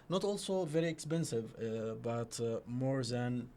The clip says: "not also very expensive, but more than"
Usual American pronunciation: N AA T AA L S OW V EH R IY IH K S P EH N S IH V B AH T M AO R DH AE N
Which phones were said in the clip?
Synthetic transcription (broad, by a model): N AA T AA L S OW V EH R IY IH K S P EH N S IH V B AH T M AO R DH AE N